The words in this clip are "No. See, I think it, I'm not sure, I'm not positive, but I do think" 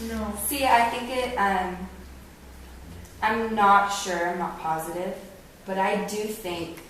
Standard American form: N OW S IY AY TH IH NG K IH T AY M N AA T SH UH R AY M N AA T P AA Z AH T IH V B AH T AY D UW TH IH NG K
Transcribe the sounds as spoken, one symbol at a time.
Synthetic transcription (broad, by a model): N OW S IY AY TH IH NG K IH T AY M N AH T SH UH R AY M N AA T P AA Z AH T IH V B AH T AY D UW TH IH NG K